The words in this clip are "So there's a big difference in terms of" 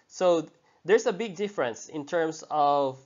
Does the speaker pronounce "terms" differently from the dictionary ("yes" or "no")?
yes